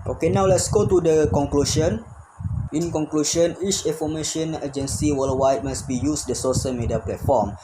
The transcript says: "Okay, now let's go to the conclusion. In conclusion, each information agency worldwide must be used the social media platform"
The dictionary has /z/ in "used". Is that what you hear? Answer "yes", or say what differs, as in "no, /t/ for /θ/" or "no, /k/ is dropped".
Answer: no, /s/ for /z/